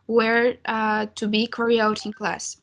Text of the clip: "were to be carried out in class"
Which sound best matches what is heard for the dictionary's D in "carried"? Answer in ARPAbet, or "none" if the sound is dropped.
none